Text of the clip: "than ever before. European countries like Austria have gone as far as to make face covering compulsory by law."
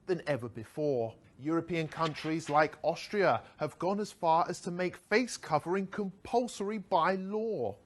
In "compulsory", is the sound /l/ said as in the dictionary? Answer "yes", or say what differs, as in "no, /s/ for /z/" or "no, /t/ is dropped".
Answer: yes